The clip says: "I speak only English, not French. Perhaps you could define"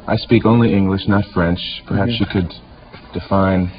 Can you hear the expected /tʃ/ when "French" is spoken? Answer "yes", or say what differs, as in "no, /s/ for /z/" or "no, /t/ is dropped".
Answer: yes